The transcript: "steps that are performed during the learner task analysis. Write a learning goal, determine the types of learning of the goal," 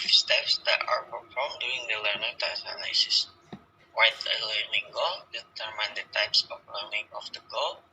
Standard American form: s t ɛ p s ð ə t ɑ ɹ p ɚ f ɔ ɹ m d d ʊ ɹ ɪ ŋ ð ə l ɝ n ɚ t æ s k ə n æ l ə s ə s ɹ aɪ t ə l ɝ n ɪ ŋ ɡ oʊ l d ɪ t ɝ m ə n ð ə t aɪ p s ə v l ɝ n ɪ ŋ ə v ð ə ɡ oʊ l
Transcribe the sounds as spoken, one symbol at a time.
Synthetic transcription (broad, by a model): s t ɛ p s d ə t ɑ ɹ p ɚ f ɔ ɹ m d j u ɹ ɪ ŋ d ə l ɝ n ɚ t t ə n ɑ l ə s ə s w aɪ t ə l ɝ n ɪ ŋ ɡ oʊ l d ɪ t ɝ m ə n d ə t aɪ p s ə f l ɝ n ɪ ŋ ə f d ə ɡ oʊ l